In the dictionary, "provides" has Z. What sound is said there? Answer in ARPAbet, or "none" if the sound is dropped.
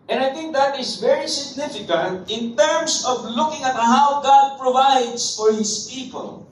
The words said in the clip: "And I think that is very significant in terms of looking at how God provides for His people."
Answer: S